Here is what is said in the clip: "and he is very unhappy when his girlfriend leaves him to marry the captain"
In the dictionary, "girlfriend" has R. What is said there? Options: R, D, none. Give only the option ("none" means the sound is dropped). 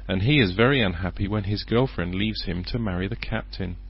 R